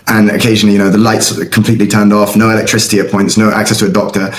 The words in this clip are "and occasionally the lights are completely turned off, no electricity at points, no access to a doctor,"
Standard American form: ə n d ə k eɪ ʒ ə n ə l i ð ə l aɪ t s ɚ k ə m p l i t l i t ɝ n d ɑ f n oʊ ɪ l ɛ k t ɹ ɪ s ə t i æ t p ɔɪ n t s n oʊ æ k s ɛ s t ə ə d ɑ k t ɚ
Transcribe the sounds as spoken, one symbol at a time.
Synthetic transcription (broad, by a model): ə n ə k eɪ ʒ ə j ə n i ð ə l aɪ t s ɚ k ə m p l i t l i t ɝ n d ɑ f n oʊ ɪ l ɛ k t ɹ ɪ s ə t i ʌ p ɔɪ n t s n oʊ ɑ k s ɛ s t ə ə d ɑ k t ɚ